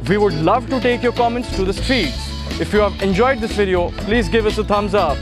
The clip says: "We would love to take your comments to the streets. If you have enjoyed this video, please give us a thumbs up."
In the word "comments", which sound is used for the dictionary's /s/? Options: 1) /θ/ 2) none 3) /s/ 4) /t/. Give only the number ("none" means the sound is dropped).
3